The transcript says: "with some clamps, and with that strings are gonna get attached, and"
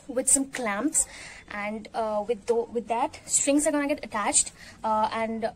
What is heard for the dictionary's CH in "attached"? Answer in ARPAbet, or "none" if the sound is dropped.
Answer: CH